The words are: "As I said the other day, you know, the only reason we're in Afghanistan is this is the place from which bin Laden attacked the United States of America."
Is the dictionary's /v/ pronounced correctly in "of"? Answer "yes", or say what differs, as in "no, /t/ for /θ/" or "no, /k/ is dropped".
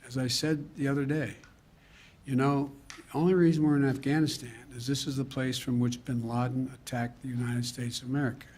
yes